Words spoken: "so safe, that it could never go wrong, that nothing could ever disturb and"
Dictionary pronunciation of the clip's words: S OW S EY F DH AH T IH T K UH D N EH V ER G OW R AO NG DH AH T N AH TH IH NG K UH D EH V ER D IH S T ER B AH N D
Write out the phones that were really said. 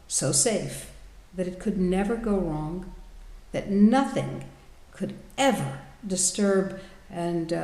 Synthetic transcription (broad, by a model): S OW S EY F DH AH T IH T K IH D N EH V ER G OW R AO NG DH AH T N AH TH IH NG K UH D EH V ER D IH S T ER B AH N